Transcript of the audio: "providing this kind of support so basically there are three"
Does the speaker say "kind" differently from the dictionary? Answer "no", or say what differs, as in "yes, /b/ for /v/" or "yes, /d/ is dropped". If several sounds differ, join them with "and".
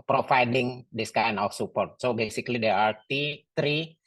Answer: yes, /d/ is dropped